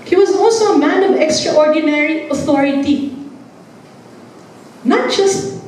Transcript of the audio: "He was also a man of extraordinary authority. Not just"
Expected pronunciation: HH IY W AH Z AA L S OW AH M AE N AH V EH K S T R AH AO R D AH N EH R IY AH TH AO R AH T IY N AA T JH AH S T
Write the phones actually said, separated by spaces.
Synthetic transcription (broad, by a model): HH IY W AH Z AA L S OW AH M AE N AH V EH K S T R AH AO R D AH N EH R IY AH TH AO R AH T IY N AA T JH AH S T